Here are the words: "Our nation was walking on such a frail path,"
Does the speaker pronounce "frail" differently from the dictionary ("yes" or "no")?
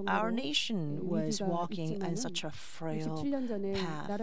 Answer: no